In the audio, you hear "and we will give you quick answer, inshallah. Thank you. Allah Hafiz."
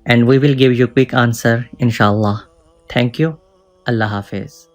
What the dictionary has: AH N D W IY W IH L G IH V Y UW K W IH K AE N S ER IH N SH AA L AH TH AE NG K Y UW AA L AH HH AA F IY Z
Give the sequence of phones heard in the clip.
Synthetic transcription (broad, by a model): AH N D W IY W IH L G IH V Y UW K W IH K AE N S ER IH N SH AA L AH T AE NG K Y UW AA L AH HH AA F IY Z